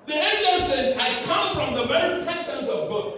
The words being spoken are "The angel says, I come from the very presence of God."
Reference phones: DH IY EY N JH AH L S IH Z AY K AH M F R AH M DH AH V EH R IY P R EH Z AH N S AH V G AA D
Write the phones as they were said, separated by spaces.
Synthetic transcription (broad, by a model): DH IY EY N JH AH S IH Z AY K AH M F R AH M DH AH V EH R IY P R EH S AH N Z AH V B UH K